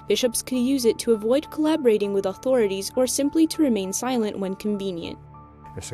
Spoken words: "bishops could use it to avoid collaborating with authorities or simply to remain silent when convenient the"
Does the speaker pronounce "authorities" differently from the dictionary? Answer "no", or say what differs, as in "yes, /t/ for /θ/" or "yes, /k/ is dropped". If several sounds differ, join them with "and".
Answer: no